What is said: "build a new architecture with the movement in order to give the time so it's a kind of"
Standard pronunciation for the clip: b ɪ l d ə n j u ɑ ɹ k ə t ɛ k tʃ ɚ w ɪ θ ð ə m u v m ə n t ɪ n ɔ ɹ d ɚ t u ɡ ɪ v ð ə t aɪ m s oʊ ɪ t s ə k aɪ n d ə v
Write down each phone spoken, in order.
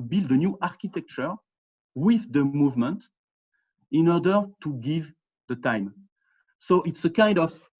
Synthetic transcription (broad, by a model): b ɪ l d ə n j u ɑ ɹ k ə t ɛ k tʃ ɚ w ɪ ð ə m u v m ə n t ɪ n ɔ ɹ d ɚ t u ɡ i v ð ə t aɪ m s oʊ ɪ t s ə k aɪ n d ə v